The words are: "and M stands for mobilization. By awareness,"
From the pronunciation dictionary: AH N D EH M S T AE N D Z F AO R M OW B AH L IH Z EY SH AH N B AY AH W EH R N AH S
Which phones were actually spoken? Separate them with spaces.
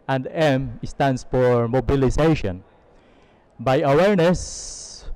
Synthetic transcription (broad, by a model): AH N D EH M S T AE N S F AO R M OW B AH L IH S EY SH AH N B AY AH W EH R N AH S